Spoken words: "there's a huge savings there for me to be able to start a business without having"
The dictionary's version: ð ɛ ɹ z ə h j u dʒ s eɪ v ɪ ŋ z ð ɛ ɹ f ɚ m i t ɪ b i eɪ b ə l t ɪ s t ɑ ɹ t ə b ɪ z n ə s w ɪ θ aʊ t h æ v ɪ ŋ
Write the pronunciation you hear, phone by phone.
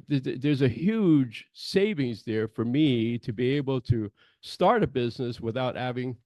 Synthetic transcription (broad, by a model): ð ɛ ɹ z ə h j u dʒ s eɪ v ɪ ŋ z ð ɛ ɹ f ɚ m i t ɪ b i eɪ b l t ɪ s t ɑ ɹ t ə b ɪ z n ə s w ɪ θ aʊ t h æ v ɪ ŋ